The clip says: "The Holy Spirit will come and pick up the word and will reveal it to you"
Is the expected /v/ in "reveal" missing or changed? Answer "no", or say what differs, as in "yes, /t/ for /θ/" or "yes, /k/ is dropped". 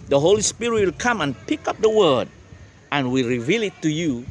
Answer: no